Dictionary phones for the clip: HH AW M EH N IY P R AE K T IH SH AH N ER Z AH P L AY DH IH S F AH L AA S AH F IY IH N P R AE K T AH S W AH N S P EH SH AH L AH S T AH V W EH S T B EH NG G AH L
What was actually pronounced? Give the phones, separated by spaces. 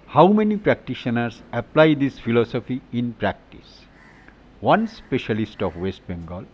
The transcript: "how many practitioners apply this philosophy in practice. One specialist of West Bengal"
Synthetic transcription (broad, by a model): HH AW M EH N IY P R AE K T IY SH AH N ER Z AH P L AY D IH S F AH L AA S AH F IY IH N P R AE K T AH S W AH N S P EH SH AH L AH S T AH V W EH S T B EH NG G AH L